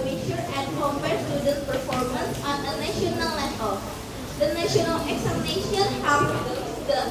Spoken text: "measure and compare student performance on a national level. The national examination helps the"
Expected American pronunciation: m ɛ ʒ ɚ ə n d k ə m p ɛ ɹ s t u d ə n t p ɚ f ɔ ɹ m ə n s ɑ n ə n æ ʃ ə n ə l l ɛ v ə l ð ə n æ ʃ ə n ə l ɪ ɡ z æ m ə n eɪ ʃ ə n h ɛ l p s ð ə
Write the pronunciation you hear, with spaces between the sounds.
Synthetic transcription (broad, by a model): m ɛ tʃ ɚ ə n d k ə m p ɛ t s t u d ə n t p ɚ f ɔ ɹ m ə n s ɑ n ə n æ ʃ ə n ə l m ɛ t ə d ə n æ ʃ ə n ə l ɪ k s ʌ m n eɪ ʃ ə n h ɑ p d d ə